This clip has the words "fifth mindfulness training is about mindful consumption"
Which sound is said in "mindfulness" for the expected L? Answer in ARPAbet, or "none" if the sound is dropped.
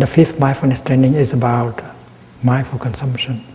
none